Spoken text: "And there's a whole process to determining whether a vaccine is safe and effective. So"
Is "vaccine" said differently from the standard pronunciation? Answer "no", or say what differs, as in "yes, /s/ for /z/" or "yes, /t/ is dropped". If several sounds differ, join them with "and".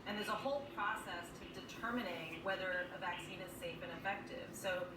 no